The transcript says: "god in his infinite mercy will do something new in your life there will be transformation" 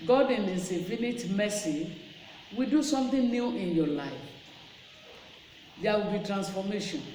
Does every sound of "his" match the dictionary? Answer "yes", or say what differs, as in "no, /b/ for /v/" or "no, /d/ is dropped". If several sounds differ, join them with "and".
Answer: no, /s/ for /z/